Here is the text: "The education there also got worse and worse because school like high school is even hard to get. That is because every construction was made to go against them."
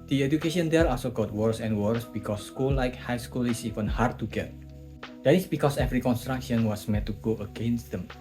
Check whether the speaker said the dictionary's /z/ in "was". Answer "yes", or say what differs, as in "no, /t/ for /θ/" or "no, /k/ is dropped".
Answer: no, /s/ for /z/